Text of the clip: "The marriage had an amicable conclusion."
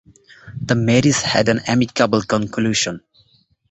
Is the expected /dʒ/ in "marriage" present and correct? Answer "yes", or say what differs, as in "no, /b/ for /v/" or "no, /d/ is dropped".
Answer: no, /z/ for /dʒ/